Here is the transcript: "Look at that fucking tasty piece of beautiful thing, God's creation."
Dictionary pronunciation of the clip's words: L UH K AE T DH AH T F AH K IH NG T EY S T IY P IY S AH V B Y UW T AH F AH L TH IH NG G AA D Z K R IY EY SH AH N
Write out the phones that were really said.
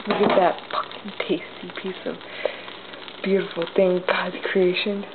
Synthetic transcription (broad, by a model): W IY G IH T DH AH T P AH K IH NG T EY S T IY P IY S AH V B Y UW T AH F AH L TH IH NG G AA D K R IY EY SH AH N